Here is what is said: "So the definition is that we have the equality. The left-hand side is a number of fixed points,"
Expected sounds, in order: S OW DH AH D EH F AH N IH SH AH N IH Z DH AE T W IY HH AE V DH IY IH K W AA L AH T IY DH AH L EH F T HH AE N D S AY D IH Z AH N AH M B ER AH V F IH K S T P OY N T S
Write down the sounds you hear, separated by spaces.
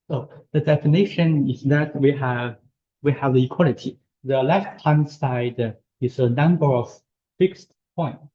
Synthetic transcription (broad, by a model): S OW DH AH D EH F AH N IH SH AH N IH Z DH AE T W IY HH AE V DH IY IH K W AA L AH T IY DH AH L EH F T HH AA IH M S AY D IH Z AH N AH M B ER AH V F IH K S T P OY N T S